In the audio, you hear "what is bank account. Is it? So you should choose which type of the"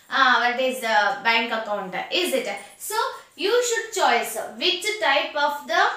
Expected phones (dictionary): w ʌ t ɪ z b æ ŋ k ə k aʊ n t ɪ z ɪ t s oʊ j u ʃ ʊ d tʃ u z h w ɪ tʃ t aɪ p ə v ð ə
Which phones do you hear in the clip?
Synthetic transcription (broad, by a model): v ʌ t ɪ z b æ ŋ k ə k aʊ n t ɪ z ɪ t s oʊ j u ʃ ʊ d tʃ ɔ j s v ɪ tʃ t aɪ p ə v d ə